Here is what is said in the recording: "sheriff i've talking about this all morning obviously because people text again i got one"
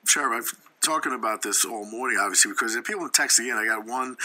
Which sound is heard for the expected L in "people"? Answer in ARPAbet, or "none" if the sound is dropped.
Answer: N